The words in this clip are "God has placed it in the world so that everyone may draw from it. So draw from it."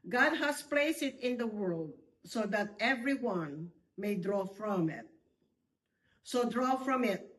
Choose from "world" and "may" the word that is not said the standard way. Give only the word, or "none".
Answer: none